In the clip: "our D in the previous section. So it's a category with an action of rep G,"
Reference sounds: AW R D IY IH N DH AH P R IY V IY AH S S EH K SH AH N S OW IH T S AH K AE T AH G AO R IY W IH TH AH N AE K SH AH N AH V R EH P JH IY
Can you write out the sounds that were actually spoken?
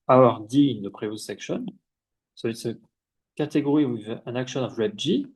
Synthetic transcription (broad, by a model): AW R D IY IH N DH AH P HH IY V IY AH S S EH K SH AH N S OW IH T S AH K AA T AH G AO R IY W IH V AH N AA K SH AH N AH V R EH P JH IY